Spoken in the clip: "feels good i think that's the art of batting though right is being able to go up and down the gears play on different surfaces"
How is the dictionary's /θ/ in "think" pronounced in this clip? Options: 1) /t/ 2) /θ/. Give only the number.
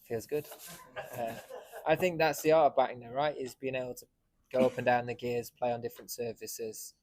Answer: 2